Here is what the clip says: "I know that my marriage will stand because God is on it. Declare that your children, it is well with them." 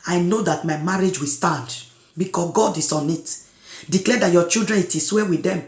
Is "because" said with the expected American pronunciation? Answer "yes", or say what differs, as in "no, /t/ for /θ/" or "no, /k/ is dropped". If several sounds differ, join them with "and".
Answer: no, /s/ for /z/